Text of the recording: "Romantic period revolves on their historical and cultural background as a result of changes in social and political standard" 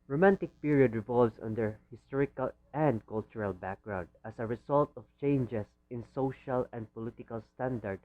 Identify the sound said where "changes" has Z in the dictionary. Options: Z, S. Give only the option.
S